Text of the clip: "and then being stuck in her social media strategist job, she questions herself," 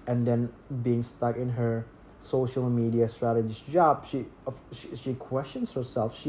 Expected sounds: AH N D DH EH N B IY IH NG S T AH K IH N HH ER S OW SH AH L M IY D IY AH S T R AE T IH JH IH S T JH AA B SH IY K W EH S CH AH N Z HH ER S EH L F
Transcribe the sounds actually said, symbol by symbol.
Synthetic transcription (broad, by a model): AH N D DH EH N B IY IH NG S T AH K IH N HH ER S OW SH AH L M IY D IY AH S T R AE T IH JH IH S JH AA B SH IY K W EH S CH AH N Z HH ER S EH L F